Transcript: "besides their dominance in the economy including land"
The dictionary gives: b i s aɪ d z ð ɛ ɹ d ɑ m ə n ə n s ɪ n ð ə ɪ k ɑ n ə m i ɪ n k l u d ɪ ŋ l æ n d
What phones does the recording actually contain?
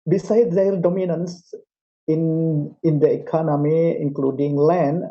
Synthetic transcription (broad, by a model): b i s aɪ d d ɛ l d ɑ m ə n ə n s ɪ n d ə ɪ k ɑ n ə m i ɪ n k l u d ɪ ŋ l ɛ n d